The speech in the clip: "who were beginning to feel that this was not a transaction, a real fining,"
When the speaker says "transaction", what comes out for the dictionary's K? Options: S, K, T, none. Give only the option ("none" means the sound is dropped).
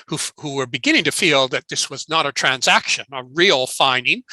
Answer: K